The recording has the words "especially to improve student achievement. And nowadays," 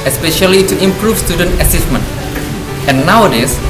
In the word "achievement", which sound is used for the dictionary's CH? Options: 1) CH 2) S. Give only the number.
2